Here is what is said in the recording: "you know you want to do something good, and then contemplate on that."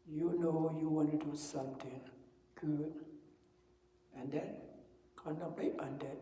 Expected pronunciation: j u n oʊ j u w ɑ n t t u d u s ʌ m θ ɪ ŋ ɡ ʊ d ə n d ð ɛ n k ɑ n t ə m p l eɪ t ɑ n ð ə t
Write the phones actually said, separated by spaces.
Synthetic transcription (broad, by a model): j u n oʊ j u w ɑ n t t u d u s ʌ m t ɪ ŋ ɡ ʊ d ə n d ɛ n k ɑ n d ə p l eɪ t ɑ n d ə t